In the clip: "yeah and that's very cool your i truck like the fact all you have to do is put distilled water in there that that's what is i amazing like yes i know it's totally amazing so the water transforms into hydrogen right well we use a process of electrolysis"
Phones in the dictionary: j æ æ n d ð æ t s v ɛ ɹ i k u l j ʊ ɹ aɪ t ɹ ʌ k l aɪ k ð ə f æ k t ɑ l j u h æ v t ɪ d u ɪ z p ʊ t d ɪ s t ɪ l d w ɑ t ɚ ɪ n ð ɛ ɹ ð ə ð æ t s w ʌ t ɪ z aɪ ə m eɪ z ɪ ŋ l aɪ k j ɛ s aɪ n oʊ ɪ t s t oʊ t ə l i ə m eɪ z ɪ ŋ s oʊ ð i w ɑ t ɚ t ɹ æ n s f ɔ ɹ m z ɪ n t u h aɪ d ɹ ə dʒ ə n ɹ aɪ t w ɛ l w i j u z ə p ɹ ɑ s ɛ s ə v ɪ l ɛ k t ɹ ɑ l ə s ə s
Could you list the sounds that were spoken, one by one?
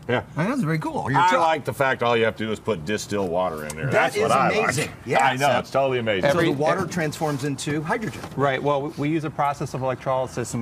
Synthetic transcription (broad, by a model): j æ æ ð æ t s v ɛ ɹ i k u l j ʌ l aɪ k ð ə f æ k t ɑ l j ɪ h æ f t ɪ d u ɪ z p ʊ t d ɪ s t ɪ l w ɑ t ɚ ɪ n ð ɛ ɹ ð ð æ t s w ʌ t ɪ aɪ ə m eɪ z ɪ ŋ j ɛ aɪ n oʊ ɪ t s t oʊ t l i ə m eɪ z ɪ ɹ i w ɑ t ɚ t ɹ æ n s f ɔ ɹ m z ɪ n t u h aɪ d ɹ ə dʒ ə n ɹ aɪ t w ɛ l w i j u z ə p ɹ ɑ s ɛ s ə v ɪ l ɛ k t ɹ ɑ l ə s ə s